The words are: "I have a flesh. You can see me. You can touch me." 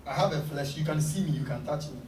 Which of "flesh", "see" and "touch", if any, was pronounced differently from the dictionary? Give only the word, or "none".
none